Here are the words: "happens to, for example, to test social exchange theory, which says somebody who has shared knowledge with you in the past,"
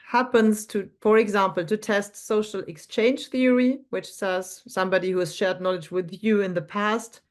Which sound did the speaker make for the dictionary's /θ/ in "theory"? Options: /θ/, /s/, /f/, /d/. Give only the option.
/θ/